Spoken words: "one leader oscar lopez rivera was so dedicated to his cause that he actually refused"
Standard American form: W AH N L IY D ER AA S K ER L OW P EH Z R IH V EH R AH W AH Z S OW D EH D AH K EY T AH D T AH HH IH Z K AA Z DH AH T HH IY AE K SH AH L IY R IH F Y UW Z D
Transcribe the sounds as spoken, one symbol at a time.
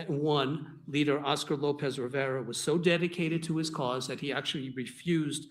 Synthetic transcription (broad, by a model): W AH N L IY D ER AA S K ER L OW P EH Z R IH V EH R AH W AH Z S OW D EH D AH K EY T AH D T AH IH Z K AA Z DH AH T HH IY AE K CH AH L IY R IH F Y UW Z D